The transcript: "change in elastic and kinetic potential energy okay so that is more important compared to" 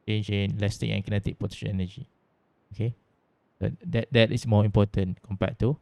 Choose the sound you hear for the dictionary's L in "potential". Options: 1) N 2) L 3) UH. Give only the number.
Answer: 1